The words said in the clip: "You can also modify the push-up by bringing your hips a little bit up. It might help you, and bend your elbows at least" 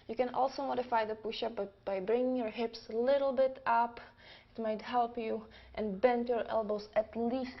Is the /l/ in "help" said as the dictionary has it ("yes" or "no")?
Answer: yes